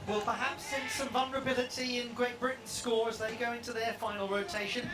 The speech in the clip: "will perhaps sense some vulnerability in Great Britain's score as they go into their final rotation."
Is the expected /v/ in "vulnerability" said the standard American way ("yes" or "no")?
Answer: yes